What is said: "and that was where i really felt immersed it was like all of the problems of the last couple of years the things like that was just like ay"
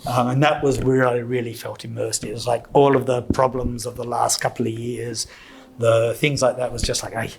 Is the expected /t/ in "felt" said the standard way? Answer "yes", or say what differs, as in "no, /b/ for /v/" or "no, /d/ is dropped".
yes